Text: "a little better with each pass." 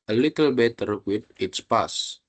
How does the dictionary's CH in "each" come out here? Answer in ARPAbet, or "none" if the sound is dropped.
S